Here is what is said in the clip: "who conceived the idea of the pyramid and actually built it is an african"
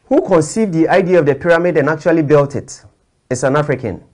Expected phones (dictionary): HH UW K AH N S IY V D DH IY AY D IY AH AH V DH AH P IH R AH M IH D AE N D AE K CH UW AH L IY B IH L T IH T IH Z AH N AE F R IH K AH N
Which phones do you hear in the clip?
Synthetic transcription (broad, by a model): HH UW K AH N S IY V D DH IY AY D IY AH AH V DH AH P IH R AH M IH D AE N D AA K CH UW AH L IY B IH L T IH T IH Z AH N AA F R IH K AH N